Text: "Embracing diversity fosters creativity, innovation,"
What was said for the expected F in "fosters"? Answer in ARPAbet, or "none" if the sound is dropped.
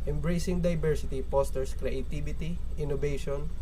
P